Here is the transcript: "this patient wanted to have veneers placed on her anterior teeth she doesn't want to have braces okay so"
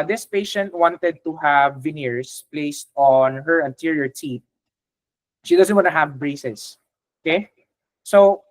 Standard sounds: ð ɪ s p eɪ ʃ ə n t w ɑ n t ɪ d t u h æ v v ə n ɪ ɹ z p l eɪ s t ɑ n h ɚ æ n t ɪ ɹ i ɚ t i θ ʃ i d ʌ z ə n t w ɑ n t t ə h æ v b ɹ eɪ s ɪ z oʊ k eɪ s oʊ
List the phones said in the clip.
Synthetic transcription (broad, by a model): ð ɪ s p eɪ ʃ ə n t w ɑ n t ɪ d t u h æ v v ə n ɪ ɹ s p l eɪ s t ɑ n h ɚ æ n t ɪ ɹ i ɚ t i t ʃ i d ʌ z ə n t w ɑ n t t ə h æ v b ɹ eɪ s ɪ s oʊ k eɪ s oʊ